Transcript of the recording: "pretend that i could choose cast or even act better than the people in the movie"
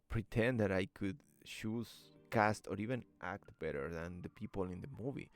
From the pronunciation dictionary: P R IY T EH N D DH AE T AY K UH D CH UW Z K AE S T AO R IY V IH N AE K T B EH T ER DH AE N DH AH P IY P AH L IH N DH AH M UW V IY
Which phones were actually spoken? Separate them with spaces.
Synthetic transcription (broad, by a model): P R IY T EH N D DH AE T AY K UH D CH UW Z K AE S T AO R IY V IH N AE K T B EH T ER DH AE N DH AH P IY P AH L IH N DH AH M UW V IY